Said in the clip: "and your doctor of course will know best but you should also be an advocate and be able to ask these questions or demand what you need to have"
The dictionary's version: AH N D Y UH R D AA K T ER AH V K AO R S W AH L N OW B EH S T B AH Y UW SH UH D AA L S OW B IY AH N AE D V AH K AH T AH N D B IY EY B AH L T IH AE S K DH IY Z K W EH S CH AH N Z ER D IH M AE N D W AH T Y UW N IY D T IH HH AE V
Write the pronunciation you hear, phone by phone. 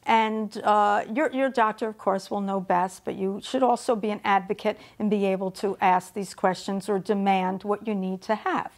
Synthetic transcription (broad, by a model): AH N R Y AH R D AA K T ER AH V K AO R S W AH L N OW B EH S T B AH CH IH SH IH D AA L S OW B IY AH N AE D V AH K AH T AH N B IY EY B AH L T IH AE S K DH IY Z K W EH S CH AH N Z ER D IH M AE N D W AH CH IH N IY D T IH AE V